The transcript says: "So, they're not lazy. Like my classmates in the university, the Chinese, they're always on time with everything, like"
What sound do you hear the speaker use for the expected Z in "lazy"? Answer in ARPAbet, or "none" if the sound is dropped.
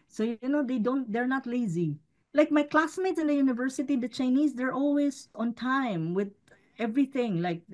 Z